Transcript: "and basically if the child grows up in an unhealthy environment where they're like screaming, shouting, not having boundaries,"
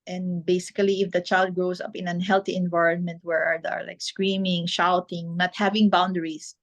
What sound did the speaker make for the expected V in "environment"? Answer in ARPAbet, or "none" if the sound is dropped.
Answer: V